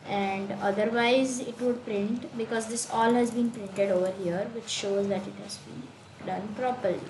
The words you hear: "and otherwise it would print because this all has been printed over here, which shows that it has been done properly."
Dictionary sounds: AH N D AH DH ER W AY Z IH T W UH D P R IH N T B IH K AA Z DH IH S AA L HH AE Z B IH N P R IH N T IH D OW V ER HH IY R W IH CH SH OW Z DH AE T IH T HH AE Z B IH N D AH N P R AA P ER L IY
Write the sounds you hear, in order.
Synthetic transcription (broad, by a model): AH N D AH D ER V AY Z IH T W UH D P R IH N T B IH K AA Z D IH S AA L HH AE Z B IH N P R IH N T IH D OW V ER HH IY R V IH CH SH OW Z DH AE T IH T HH AE Z B IH N D AH N P R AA P ER L IY